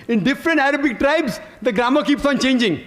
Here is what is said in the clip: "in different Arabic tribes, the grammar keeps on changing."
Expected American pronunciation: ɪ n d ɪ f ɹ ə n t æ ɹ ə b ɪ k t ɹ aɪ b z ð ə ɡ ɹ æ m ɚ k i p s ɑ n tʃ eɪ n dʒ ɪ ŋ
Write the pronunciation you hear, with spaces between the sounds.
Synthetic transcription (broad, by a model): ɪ n d ɪ f ɹ ə n t æ ɹ ə b ɪ k t ɹ aɪ b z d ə ɡ ɹ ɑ m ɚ k i p s ɑ n tʃ eɪ n dʒ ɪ ŋ